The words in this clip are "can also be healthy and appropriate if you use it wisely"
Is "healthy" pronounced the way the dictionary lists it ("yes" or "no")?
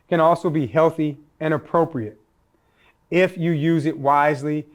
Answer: yes